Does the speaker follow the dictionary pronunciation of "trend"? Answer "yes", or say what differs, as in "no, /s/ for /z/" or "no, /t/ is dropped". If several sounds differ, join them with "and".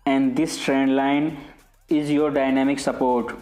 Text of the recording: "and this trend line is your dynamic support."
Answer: yes